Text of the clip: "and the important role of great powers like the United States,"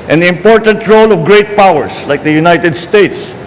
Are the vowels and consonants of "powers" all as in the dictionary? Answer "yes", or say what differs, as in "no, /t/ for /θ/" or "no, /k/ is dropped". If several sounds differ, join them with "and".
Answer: no, /s/ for /z/